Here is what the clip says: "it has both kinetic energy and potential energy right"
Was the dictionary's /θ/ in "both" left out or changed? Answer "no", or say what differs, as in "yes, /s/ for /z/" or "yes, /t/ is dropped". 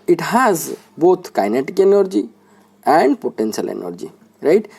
yes, /t/ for /θ/